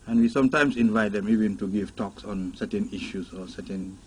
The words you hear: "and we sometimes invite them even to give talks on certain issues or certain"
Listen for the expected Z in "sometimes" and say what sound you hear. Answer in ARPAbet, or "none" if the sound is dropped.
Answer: S